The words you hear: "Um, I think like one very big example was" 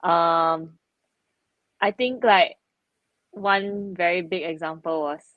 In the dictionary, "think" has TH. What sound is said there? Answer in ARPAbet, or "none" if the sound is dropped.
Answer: T